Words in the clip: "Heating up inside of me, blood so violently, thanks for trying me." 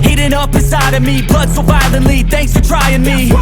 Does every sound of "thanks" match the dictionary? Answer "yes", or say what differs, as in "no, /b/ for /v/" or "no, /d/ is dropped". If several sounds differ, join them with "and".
yes